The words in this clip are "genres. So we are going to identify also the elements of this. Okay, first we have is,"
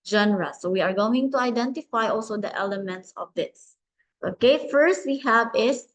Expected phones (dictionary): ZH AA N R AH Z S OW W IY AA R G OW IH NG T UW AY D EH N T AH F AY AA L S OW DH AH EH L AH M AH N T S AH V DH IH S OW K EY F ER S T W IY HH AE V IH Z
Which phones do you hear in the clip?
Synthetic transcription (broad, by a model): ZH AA N R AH S OW W IY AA R G OW IH NG T UW AY D EH N T AH F AY AA L S OW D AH EH L AH M AH N T S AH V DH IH S OW K EY F ER S T W IY HH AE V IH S